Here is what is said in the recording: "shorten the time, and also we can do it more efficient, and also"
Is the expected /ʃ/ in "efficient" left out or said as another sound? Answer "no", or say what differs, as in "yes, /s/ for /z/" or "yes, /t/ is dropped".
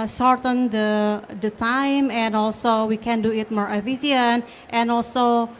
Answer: yes, /s/ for /ʃ/